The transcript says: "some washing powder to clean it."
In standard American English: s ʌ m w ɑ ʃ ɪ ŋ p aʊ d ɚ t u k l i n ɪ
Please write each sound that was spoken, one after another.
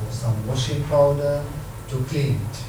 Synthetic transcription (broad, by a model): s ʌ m w ɑ ʃ ɪ ŋ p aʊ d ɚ t u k i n